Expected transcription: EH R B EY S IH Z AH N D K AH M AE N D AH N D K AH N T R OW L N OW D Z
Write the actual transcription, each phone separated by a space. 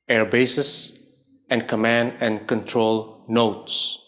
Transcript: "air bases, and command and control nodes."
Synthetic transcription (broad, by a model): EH R B EY S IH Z AH N D K AH M AE N D AH N D K AH N T R OW L N OW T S